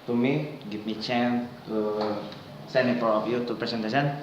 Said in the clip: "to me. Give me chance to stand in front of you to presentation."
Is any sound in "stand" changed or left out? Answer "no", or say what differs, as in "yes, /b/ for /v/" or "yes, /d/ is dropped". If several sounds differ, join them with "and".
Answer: yes, /d/ is dropped